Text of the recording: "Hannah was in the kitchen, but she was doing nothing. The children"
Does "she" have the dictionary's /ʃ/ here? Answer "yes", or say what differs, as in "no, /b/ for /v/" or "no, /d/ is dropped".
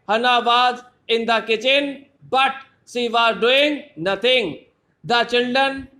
no, /s/ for /ʃ/